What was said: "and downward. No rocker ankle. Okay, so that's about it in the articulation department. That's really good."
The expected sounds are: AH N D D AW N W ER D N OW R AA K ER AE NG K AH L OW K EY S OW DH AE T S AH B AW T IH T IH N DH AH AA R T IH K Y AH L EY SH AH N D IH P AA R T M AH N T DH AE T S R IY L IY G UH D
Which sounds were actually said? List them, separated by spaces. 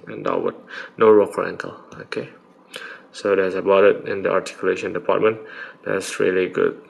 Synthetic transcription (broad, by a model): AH N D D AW W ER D N OW R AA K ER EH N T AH L OW K EY S OW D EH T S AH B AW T IH T IH N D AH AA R T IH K Y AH L EY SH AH N D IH P AA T M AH N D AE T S R IY L IY G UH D